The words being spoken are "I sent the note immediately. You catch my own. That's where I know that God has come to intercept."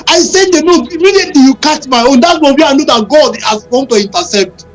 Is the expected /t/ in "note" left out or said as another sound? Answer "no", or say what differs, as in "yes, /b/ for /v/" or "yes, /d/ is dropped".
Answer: yes, /t/ is dropped